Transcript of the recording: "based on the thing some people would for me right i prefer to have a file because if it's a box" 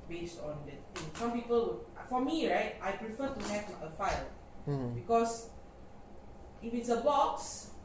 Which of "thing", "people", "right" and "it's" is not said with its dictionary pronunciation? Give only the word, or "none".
thing